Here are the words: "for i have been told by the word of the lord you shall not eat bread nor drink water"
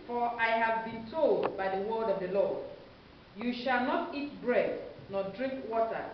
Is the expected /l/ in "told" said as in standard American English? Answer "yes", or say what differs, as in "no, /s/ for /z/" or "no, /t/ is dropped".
yes